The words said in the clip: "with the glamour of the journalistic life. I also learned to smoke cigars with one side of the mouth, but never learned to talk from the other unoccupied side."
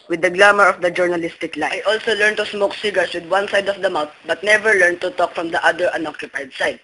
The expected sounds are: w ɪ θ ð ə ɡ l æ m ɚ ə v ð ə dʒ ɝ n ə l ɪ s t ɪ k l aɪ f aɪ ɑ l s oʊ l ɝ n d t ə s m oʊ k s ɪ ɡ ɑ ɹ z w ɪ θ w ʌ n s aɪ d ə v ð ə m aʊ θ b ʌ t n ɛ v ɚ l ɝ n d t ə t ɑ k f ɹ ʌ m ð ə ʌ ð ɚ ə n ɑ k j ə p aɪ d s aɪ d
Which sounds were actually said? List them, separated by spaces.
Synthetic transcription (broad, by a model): w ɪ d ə ɡ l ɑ m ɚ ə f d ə dʒ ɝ n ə l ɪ s t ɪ k l aɪ aɪ ɑ l s oʊ l ɝ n t ə s m oʊ k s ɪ ɡ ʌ ɹ s w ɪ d w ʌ n s aɪ d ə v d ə m aʊ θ b ʌ t n ɛ v ɚ l ɝ n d t ə t ɑ k f ɹ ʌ m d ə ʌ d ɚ ə n ɑ k j ə p aɪ d s aɪ d